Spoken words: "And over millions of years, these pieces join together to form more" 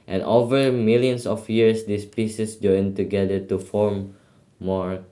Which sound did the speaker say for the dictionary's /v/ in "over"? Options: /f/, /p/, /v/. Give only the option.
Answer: /v/